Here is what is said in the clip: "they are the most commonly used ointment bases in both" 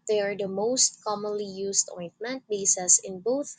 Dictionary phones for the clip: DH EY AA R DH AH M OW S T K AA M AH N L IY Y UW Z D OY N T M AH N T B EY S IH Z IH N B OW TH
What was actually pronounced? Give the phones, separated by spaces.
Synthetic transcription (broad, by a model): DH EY AA R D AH M OW S T K AA M AH N L IY Y UW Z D OY N T M AH N T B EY S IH S IH N B OW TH